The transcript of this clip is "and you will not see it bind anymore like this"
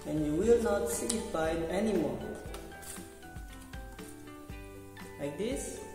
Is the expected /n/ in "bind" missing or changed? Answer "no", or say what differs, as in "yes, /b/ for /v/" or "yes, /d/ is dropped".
yes, /n/ is dropped